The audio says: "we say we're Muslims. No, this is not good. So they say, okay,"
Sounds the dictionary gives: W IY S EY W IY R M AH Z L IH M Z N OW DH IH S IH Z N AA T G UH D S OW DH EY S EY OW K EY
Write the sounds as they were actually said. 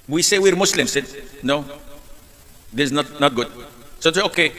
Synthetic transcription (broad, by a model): W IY S EY W IY R M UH S L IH M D N OW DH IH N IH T N AA T G UH D S OW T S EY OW K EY